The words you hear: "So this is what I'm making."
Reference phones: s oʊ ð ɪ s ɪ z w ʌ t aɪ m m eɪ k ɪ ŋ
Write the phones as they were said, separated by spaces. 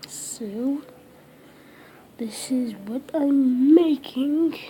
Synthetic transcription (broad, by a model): s oʊ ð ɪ s ɪ z w ʌ t aɪ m m eɪ k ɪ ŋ